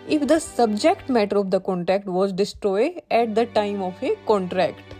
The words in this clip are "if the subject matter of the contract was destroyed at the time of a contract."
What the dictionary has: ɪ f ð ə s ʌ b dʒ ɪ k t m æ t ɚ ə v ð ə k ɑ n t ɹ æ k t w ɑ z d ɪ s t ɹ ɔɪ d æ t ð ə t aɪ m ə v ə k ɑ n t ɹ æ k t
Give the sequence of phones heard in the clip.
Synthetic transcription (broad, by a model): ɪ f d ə s ʌ b dʒ ɪ k t m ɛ t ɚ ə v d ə k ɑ n t ɹ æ k t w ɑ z d ɪ s t ɹ ɔɪ d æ t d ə t aɪ m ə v ə k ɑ n t ɹ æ k t